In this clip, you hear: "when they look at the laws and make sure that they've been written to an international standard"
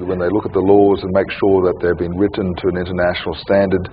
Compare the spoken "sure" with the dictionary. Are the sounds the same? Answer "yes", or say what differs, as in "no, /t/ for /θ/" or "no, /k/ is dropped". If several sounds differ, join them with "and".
yes